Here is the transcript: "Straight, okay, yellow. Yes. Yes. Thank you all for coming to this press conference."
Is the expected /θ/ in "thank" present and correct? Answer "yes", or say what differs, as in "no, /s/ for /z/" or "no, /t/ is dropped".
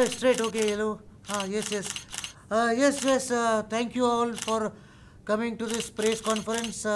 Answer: no, /t/ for /θ/